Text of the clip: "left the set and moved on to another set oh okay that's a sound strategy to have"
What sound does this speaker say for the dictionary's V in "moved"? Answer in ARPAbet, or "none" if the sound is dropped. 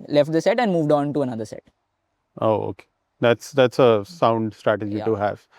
V